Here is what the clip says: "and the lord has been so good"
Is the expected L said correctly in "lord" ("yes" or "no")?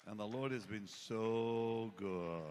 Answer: yes